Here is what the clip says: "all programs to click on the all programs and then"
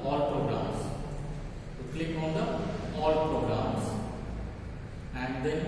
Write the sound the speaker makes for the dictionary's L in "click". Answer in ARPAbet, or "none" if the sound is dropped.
L